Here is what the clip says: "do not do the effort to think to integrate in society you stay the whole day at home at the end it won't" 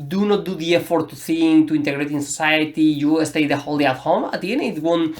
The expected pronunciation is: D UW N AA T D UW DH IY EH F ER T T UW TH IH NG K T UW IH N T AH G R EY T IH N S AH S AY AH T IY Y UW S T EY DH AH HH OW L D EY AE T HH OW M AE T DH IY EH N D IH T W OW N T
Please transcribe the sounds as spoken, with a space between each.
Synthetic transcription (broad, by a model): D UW N AA T D UW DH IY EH F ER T T UW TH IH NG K T UW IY N T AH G R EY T IH N S AH S AY AH T IY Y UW S T EY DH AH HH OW L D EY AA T HH OW M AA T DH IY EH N IH T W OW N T